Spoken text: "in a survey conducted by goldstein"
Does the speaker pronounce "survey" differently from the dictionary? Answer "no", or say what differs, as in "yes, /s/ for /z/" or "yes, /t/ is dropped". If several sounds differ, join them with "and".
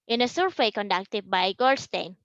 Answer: yes, /w/ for /v/